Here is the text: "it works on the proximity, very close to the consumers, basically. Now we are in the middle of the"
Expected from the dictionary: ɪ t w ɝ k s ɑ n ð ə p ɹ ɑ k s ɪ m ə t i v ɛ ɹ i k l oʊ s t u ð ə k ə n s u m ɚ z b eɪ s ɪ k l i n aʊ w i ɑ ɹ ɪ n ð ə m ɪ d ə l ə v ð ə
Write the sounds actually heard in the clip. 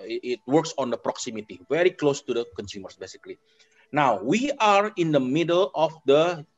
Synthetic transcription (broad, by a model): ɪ t w ɝ k s ɑ n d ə p ɹ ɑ k s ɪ m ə t i v ɛ ɹ i k l oʊ s t u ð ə k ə n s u m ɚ s b eɪ s ɪ k l i n aʊ w i ɑ ɹ ɪ n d ə m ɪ d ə l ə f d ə